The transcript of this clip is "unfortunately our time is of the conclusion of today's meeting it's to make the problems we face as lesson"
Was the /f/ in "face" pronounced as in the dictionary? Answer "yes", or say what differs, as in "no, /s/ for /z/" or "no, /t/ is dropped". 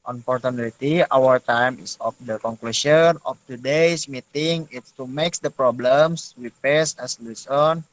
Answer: no, /p/ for /f/